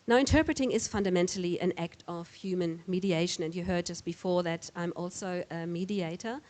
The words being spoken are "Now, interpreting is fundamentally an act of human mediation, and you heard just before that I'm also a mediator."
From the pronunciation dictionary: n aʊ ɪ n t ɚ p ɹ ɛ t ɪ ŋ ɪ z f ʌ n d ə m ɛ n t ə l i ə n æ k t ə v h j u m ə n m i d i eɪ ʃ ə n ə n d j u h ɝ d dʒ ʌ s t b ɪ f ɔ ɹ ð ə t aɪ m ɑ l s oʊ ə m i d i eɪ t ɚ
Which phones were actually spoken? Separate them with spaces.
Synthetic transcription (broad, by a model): n aʊ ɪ n t ɚ p ɹ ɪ t ɪ ŋ ɪ z f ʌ n d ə m ɛ n t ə l i ə n æ k t ə v h j u m ə n m i d i eɪ ʃ ə n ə n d j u h ɝ d dʒ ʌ s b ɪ f ɔ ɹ ð ə t aɪ m ɑ l s oʊ ə m i d i eɪ t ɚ